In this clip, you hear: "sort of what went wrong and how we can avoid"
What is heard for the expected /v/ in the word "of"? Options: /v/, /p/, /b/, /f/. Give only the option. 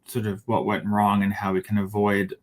/v/